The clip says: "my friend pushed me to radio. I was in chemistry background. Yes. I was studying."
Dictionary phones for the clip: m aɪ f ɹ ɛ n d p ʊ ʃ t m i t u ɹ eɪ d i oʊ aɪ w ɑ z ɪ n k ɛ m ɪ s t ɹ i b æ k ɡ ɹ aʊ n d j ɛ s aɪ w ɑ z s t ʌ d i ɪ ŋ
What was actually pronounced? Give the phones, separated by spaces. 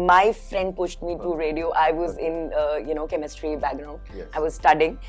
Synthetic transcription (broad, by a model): m aɪ f ɹ ɛ n d p ʊ ʃ t m i t u ɹ eɪ d i oʊ aɪ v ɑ z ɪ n k ɛ m ɪ s t ɹ i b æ ɡ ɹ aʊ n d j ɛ aɪ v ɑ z s t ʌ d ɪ ŋ